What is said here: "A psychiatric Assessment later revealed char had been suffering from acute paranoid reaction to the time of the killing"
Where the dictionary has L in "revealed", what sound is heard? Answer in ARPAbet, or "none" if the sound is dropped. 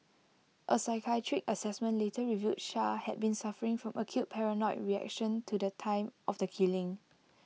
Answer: none